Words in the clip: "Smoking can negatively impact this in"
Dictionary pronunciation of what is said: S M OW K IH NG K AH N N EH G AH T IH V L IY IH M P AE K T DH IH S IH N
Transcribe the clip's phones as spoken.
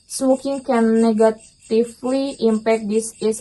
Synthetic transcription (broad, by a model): S M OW K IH NG K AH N N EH G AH T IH F L IY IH M P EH K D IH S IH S